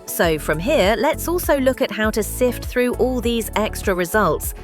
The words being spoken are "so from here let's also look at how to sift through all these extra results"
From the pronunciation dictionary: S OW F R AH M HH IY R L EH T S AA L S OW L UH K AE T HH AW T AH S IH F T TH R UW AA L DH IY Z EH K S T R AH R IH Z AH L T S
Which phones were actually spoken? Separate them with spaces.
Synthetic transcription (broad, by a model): S OW F R AH M HH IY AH L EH T S AA L S OW L UH K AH T HH AW T AH S IH F T TH R UW AA L DH IY Z EH K S T R AH R IH Z AH L T S